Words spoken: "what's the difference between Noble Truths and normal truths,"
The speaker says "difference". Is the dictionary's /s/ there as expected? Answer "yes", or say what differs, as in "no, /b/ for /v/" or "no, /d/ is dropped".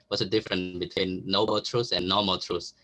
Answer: no, /s/ is dropped